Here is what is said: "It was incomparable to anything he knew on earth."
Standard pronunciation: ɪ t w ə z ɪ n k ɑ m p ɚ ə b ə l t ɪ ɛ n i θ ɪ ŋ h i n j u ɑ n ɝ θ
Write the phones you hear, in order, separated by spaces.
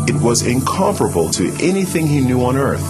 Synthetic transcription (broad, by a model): ɪ t w ə z ɪ n k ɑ m f ɚ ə b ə l t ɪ ɛ n i θ ɪ ŋ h i n j u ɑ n ɝ θ